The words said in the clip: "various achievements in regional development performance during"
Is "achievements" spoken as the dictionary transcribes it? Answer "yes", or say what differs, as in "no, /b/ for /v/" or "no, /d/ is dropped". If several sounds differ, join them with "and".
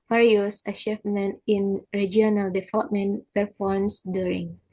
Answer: no, /ʃ/ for /tʃ/ and /s/ is dropped